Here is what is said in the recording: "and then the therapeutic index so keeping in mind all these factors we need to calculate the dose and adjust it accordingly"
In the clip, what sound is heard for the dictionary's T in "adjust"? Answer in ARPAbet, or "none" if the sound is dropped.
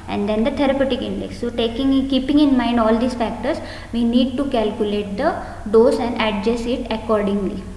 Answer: none